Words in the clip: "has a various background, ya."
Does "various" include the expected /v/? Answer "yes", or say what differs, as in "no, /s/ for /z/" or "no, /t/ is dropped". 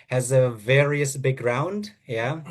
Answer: yes